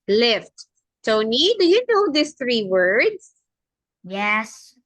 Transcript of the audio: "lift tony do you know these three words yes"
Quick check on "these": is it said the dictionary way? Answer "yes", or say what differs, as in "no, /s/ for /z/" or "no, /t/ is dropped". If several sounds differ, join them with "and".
no, /s/ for /z/